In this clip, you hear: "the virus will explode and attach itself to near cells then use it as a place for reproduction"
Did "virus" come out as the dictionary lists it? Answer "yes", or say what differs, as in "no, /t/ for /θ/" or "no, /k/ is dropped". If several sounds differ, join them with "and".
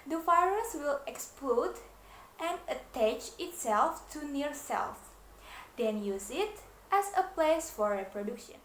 no, /f/ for /v/